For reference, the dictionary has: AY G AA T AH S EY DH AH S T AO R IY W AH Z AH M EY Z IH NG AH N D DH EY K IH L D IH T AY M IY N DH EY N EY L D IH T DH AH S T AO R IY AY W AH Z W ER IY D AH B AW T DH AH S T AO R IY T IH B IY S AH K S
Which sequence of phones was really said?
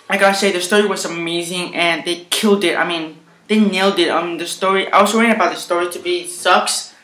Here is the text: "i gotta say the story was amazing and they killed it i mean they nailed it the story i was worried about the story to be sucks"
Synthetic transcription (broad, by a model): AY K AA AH S EY DH AH S T AO R IY W AH Z AH M EY Z IH NG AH N DH EY K IH L D IH T AY M IY N DH EY N EY L D IH T DH AH S T AO R IY AY W AH Z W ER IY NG AH B AW T DH AH S T AO R IY T IH B IY S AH K S